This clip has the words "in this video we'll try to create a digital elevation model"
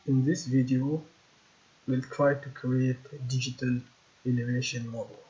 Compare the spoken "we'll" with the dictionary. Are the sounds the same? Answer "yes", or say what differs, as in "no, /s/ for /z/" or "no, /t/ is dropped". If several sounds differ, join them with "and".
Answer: yes